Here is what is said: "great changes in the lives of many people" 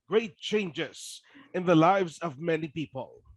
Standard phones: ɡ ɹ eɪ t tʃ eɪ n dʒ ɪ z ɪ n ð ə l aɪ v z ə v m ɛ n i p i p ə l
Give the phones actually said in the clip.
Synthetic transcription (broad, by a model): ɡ ɹ eɪ t tʃ eɪ n dʒ ɪ z ɪ n ð ə l aɪ v z ə v m ɛ n i p i p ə l